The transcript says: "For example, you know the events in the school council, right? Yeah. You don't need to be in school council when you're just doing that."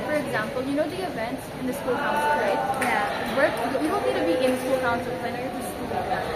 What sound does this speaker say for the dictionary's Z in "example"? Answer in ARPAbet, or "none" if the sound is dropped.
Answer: Z